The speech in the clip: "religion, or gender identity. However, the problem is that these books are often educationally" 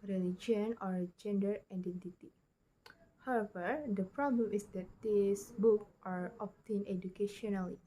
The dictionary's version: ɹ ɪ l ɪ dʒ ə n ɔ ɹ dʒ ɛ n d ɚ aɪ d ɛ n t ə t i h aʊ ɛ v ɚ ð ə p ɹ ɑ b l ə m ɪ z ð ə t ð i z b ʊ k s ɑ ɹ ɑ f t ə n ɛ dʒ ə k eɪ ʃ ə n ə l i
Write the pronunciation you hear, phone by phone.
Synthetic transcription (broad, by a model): ɹ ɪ l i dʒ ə n ɔ ɹ dʒ ɛ n d ɚ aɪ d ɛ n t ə t i h aʊ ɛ v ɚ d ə p ɹ ɑ b l ə m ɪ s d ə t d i s b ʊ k ɑ ɹ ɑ p t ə n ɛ dʒ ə k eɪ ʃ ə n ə l i